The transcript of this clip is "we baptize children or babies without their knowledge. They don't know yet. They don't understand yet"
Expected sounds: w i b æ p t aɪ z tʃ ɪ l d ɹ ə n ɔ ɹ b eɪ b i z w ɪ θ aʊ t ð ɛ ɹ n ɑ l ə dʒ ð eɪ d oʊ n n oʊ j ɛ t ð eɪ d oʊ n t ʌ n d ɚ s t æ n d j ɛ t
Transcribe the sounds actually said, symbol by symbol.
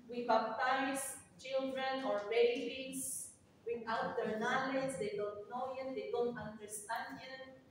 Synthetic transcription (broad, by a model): w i b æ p t aɪ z tʃ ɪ l d ɹ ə n ɔ ɹ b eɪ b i s w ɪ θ aʊ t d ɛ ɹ n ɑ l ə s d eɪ d oʊ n n oʊ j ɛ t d eɪ d oʊ n t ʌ n d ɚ s t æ n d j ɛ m